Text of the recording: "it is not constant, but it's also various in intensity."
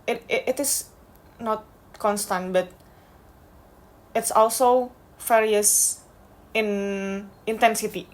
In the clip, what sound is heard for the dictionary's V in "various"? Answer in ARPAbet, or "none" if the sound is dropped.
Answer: F